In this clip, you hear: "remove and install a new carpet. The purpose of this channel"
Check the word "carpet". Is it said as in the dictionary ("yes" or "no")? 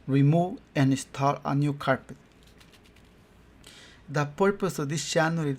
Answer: yes